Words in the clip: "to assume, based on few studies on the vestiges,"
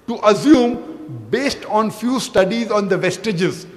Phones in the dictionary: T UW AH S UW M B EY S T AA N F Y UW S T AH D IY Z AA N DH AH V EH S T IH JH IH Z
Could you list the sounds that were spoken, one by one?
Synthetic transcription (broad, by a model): T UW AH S UW M B EY S T AA N F Y UW S T AH D IY Z AA N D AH V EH S T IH JH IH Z